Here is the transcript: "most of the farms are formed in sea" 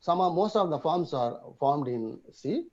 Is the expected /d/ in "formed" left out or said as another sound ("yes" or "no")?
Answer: no